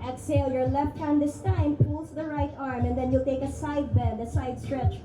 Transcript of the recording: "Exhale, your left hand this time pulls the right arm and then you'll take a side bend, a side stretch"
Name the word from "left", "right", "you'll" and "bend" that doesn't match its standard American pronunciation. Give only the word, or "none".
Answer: bend